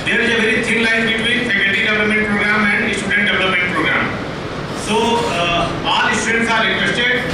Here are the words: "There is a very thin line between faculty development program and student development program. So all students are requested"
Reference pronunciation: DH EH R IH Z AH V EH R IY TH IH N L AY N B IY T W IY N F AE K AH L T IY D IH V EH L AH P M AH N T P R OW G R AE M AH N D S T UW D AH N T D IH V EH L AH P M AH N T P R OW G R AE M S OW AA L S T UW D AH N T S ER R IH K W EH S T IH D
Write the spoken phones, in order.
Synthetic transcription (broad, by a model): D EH R IH Z AH V EH R IY T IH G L AY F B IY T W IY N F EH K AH T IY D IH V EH L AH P M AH N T P R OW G R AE M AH N D S T UW D AH N T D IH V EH L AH P M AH N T P R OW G R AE M S OW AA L S T UW D AH N T S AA R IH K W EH S T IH D